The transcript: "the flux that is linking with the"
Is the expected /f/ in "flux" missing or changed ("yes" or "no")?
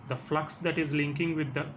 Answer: no